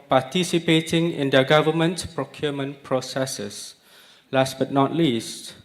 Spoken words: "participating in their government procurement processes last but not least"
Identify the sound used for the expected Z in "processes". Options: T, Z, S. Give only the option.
S